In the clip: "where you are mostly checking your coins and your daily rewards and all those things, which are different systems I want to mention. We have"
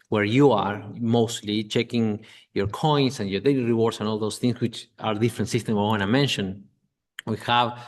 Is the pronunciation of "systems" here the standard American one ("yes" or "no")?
no